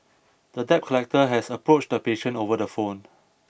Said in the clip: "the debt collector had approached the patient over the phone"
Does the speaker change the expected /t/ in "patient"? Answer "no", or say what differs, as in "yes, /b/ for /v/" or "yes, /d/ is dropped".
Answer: yes, /t/ is dropped